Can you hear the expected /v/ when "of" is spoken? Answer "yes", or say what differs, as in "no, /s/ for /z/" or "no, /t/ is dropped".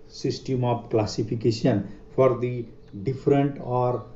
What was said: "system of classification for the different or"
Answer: no, /p/ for /v/